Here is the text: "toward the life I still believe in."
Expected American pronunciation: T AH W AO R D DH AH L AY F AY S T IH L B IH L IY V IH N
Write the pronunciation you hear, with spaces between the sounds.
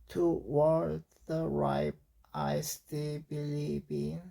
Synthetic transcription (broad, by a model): T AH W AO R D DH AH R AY P AY S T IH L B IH L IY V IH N